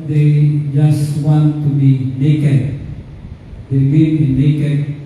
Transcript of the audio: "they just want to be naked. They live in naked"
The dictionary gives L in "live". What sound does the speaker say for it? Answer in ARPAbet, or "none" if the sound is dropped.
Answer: W